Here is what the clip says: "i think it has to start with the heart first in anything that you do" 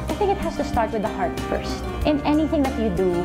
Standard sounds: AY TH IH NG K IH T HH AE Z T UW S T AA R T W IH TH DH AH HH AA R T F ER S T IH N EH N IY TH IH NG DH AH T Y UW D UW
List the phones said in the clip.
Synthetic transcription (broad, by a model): AY TH IH NG K IH T HH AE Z T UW S T AA R T W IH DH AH HH AA R T F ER S T IH N EH N IY TH IH NG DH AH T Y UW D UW